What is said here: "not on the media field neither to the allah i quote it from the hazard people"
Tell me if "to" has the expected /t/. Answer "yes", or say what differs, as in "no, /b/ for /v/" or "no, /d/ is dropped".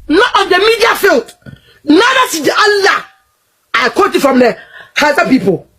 no, /s/ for /t/